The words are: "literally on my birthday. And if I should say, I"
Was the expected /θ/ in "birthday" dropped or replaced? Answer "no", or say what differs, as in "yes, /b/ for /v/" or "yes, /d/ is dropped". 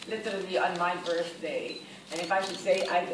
yes, /s/ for /θ/